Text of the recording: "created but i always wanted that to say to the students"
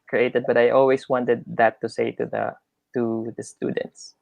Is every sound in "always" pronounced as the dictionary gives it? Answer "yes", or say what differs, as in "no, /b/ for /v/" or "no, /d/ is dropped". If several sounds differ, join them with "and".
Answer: no, /s/ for /z/